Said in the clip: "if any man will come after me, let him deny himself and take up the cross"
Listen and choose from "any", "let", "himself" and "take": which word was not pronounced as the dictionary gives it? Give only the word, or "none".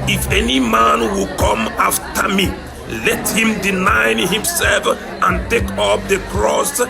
none